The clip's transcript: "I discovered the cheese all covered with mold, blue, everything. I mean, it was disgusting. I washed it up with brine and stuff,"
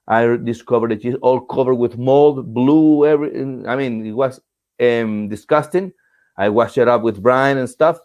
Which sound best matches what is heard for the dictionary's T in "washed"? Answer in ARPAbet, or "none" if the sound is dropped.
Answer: none